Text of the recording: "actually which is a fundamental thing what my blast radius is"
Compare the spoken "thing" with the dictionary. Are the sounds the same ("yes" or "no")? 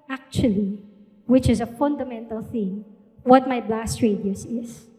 yes